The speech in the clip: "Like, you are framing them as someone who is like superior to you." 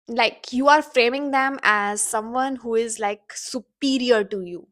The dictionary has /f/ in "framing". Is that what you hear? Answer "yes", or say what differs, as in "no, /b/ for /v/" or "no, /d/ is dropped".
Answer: yes